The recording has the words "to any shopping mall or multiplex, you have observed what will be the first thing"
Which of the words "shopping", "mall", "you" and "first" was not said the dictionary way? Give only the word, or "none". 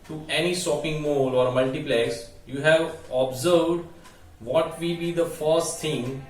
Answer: shopping